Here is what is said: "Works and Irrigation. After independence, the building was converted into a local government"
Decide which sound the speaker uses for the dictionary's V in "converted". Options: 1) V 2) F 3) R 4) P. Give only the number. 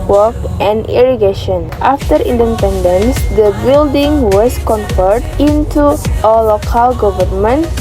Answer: 2